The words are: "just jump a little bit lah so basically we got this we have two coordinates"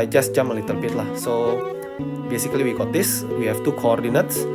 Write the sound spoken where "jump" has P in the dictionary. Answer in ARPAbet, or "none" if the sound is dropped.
none